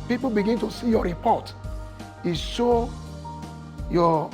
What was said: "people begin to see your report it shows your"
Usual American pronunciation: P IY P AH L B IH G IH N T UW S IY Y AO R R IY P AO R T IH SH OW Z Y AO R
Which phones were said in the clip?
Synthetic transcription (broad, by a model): P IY P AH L B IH G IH N T UW S IY Y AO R R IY P AO T IH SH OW Y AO